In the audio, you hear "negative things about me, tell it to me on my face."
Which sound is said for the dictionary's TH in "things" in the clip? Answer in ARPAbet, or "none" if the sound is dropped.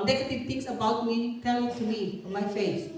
T